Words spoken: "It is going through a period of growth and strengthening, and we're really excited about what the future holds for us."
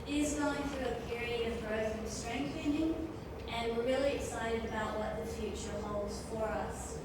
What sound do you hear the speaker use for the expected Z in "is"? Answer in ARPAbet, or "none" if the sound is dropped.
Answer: Z